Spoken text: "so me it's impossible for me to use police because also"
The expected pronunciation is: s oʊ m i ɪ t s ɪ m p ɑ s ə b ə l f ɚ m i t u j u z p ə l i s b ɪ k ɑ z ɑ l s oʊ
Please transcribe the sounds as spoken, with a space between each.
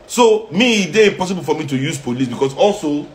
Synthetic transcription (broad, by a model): s oʊ m i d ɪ p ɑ s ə b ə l f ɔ m i t u j u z p ə l i s b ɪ k ɑ s ɑ l s oʊ